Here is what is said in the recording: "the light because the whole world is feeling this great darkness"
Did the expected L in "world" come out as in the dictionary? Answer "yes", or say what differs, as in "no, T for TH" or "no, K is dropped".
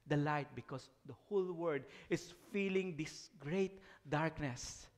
no, L is dropped